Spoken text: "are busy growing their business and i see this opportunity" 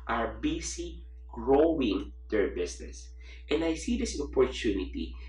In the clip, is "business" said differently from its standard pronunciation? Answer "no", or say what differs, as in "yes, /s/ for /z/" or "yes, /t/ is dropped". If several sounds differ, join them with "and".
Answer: yes, /s/ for /z/